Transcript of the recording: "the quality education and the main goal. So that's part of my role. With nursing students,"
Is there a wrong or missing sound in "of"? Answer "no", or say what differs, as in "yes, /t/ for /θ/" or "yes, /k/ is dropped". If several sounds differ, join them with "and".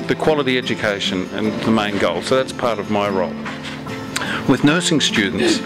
no